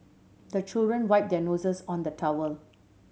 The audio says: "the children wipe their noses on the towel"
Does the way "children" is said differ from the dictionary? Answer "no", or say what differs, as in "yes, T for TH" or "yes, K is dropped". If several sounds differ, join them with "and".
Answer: no